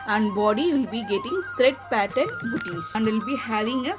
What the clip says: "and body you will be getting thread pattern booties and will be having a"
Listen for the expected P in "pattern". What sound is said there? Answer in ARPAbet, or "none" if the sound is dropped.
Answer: P